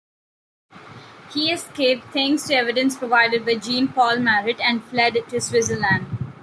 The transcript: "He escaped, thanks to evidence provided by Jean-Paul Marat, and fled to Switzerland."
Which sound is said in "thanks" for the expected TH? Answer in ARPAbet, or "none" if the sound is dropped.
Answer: T